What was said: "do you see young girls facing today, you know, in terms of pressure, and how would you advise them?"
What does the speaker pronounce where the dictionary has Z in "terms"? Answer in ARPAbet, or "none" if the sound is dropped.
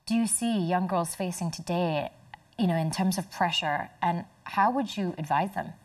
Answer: Z